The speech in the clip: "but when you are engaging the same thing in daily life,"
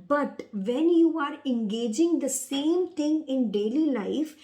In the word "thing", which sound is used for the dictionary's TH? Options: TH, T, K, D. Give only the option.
T